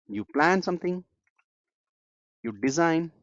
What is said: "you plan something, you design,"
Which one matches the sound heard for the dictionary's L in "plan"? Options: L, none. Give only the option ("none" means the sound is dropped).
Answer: L